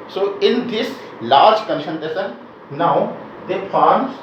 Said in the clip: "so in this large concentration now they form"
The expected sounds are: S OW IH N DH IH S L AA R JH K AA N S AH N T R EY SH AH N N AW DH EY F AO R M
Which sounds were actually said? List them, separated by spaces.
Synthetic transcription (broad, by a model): S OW IH N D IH S L AA R JH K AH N SH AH N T EY S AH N N AW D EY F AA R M